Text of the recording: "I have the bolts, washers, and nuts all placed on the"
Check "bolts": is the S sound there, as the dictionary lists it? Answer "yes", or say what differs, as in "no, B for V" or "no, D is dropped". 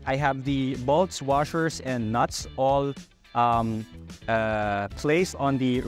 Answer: yes